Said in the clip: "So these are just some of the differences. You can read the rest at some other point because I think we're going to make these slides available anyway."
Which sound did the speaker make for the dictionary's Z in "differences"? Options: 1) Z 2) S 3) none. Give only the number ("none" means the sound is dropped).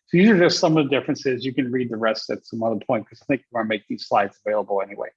1